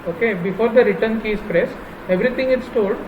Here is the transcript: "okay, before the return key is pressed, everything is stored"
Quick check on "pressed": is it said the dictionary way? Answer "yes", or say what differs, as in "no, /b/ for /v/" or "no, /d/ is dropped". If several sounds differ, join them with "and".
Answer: no, /t/ is dropped